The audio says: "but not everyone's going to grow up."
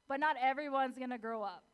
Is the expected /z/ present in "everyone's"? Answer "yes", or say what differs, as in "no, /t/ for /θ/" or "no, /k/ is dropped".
yes